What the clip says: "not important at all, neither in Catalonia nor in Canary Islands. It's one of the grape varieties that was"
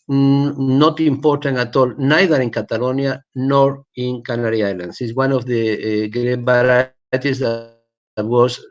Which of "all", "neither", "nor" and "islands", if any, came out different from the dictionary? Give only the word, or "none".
islands